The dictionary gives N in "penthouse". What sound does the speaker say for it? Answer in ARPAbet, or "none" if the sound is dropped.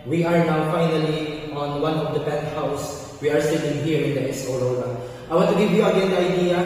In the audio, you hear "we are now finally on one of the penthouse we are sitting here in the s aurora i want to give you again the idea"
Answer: none